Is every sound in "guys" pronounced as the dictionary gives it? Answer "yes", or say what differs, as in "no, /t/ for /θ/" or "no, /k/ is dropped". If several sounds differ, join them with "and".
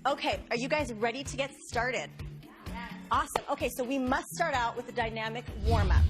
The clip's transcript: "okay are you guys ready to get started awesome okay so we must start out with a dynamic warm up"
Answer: yes